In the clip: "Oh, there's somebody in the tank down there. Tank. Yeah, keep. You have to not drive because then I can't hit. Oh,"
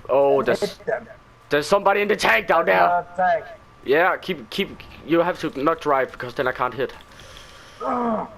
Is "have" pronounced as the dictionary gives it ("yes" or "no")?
no